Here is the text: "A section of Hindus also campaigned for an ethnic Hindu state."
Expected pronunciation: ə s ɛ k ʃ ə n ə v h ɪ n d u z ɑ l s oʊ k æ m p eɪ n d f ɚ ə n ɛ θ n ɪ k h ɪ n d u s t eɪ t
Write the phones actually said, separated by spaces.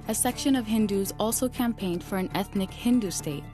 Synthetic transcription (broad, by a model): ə s ɛ k ʃ ə n ə v h ɪ n d u z ɑ l s oʊ k æ m p eɪ n d f ɚ ə n ɛ θ n ɪ k h ɪ n d u s t eɪ t